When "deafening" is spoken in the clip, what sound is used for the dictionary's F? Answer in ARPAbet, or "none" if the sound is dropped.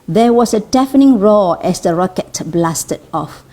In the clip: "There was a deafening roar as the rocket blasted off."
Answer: F